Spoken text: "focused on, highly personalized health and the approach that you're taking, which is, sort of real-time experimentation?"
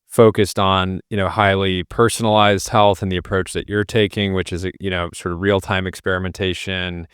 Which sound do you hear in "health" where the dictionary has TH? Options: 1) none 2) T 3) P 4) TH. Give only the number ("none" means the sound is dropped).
4